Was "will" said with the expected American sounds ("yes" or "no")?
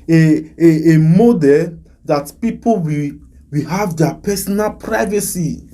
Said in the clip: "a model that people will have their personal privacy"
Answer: no